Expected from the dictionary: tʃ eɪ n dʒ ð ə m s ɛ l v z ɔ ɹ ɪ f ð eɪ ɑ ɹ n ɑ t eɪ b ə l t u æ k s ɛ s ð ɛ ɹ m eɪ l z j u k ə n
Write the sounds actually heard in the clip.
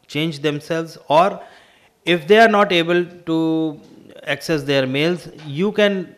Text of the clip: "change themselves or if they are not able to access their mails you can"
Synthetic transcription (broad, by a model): tʃ eɪ n dʒ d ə m s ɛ l v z ɔ ɹ ɪ f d eɪ ɑ ɹ n ɑ t eɪ b ə l t u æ k s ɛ s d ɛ ɹ m eɪ l z j u k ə n